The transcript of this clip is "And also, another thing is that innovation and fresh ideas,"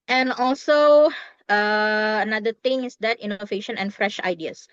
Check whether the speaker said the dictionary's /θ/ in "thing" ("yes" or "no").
no